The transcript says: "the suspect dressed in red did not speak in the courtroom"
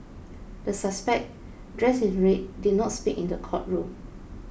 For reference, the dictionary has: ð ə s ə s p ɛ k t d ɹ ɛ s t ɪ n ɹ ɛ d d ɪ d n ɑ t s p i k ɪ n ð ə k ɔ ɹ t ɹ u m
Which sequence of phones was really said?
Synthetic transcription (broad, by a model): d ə s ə s p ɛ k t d ɹ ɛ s ɪ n ɹ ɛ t d ɪ d n ɑ t s p i k ɪ n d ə k ɔ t ɹ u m